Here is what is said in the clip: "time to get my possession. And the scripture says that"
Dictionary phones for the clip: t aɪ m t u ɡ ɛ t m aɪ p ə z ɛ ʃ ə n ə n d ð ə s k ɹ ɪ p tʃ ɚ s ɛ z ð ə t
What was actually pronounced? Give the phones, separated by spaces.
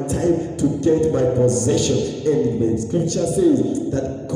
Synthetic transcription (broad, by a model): t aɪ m t u ɡ ɛ t m aɪ p ə z ɛ ʃ ə n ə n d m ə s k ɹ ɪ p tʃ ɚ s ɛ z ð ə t